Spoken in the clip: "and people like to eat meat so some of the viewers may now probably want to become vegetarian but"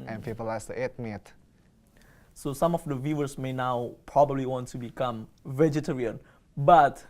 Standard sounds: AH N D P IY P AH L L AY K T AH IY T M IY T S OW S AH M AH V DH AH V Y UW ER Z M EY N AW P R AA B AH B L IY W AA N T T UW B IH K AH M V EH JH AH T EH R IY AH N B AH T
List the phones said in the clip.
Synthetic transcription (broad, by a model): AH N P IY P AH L L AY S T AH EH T M IY T S OW S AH M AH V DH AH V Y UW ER S M EY N AW P R AA B AH B L IY W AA N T T UW B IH K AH M V EH JH AH T EH R IY AH N B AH T